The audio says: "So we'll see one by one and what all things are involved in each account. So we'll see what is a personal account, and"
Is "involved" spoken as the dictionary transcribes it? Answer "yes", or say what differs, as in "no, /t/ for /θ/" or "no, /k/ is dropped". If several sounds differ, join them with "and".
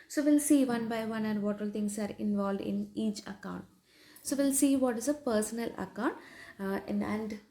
yes